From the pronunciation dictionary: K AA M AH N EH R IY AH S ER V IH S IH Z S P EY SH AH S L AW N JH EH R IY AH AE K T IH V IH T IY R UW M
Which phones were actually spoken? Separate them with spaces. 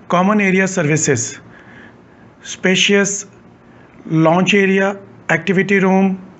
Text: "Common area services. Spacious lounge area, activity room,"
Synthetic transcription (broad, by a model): K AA M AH N EH R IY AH S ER V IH S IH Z S P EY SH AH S L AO N CH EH R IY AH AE K T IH V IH T IY R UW M